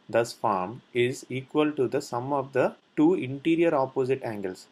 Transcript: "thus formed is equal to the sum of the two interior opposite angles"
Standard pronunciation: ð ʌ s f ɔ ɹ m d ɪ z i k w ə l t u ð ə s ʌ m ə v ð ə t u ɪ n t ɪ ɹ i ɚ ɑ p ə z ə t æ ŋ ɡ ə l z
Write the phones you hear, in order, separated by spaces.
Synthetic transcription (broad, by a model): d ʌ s f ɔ ɹ m ɪ z i k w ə l t u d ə s ʌ m ə v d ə t u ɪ n t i ɹ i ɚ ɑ p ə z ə t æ ŋ ɡ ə l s